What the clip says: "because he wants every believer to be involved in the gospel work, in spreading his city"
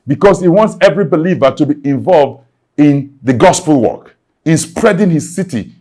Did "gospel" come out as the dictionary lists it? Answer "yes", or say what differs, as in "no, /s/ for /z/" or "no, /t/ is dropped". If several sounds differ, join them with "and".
yes